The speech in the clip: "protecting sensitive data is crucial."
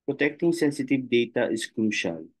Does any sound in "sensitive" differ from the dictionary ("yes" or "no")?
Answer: no